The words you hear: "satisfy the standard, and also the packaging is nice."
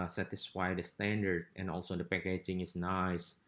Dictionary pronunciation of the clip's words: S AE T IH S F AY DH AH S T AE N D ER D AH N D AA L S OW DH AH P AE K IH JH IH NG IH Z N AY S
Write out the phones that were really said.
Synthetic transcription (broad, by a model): S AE T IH S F AY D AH S T AE N D ER D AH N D AA L S OW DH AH P AE K IH JH IH NG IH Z N AY S